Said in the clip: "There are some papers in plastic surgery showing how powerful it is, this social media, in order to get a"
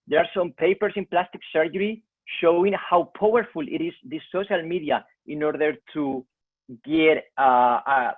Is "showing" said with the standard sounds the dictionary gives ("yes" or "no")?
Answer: yes